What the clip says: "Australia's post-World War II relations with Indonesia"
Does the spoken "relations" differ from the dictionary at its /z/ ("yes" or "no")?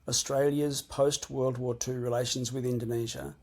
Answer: no